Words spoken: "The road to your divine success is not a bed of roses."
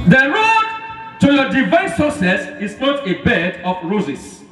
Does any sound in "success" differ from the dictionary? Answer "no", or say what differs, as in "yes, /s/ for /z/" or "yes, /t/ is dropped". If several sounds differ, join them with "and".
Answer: yes, /k/ is dropped